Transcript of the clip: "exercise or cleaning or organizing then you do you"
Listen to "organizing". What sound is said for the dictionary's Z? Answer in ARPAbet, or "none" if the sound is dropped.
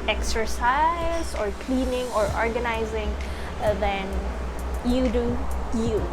Z